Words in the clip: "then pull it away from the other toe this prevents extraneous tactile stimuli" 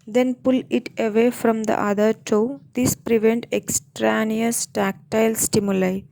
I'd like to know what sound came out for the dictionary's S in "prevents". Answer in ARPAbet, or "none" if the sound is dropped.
none